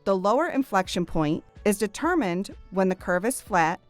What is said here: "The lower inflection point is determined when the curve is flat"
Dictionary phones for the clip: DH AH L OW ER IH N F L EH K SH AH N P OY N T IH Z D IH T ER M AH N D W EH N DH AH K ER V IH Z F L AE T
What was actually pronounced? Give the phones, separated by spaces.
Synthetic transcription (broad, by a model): DH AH L OW ER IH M F L EH K SH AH N P OY N T IH Z D IH T ER M AH N D W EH N DH AH K ER V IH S F L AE T